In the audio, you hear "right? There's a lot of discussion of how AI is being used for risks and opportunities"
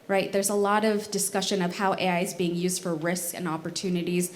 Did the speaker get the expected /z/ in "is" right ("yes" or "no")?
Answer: yes